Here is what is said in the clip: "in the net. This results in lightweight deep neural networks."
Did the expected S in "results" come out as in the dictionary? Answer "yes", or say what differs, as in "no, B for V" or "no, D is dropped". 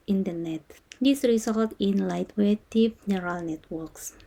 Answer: no, S is dropped